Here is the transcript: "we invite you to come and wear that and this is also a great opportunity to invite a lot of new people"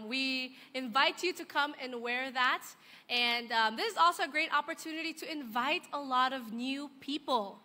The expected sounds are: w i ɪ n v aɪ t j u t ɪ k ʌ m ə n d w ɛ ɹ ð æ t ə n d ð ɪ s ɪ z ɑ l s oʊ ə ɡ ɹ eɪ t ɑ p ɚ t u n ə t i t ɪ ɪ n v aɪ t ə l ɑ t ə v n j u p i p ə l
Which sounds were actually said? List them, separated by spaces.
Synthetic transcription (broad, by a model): w i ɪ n v aɪ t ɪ t ɪ k ʌ m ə n w ɛ ɹ ð æ t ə n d ð ɪ s ɪ z ɑ l s oʊ ə ɡ ɹ eɪ t ɑ p ɚ t u n ə t i t ɪ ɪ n v aɪ t ə l ɑ t ə v n j u p i p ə l